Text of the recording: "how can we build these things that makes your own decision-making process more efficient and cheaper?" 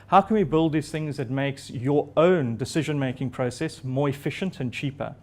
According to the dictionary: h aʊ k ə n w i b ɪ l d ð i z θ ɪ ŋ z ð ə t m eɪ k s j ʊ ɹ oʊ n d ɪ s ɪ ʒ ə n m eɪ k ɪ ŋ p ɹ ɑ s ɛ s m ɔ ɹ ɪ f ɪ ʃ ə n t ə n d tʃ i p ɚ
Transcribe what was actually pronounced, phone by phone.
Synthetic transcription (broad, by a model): h aʊ k ə n w i b ɪ l d ð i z θ ɪ ŋ z ð ə t m eɪ k s j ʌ ɹ oʊ n d ɪ s ɪ ʒ ə n m eɪ k ɪ ŋ p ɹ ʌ s ɛ s m ɔ ɹ ɪ f ɪ ʃ ə n t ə n tʃ i p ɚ